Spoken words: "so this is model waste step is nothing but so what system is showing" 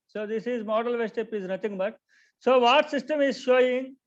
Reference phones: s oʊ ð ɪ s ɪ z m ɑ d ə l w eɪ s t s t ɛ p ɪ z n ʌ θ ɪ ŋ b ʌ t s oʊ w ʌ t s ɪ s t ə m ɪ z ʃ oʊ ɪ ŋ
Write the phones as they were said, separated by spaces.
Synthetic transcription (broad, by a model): s oʊ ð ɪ s ɪ z m ɑ d ə l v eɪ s s t ɛ p ɪ z n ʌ t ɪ ŋ b ʌ t s oʊ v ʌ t s ɪ s t ə m ɪ z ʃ oʊ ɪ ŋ